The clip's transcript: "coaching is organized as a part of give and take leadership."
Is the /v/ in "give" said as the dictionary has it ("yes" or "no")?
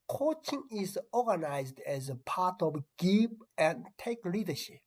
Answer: no